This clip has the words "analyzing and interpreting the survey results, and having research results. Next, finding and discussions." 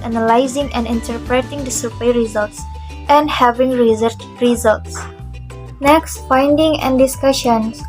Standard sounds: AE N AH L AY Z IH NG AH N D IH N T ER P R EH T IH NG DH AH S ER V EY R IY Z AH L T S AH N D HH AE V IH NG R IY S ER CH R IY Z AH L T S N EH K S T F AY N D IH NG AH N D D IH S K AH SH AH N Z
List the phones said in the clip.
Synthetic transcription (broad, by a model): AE N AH L AY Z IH NG AH N D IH N T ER P R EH T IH NG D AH S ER P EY R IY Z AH L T S AH N D HH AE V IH NG R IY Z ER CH R IY Z AH L T S N EH K S T F AY N D IH NG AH N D D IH S K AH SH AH N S